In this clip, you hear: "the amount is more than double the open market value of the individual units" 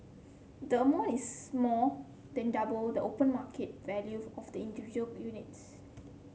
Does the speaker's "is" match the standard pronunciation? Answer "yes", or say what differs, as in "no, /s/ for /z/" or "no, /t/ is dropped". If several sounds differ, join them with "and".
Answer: no, /s/ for /z/